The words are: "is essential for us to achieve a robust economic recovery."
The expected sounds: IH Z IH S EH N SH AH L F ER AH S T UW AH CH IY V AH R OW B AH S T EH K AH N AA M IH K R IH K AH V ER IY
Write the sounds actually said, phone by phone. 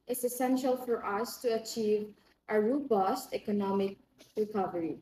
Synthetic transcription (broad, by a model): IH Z IH S EH N SH AH L F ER AH S T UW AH CH IY V AH R OW B AH S T EH K AH N AA M IH K R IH K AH V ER IY